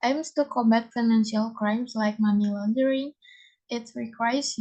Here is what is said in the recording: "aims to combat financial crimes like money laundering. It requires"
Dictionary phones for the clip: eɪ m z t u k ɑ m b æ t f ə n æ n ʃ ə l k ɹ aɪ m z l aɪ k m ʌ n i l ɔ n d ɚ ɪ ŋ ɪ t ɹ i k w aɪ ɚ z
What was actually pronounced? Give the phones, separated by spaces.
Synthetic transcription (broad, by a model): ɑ m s t u k ɑ m b æ t f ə n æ n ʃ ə l k ɹ aɪ m s l aɪ k m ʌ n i l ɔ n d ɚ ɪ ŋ ɪ t ɹ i k w aɪ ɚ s